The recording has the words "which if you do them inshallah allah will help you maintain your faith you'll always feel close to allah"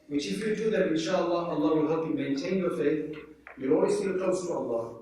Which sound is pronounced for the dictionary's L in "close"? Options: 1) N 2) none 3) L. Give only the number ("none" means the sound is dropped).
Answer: 2